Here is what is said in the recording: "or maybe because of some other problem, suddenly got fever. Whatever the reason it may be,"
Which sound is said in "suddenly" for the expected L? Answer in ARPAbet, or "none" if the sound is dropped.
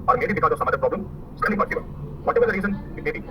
none